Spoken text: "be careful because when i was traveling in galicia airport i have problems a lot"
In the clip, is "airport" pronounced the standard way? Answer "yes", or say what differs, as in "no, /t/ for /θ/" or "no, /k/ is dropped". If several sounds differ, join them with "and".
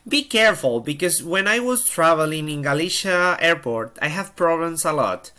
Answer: yes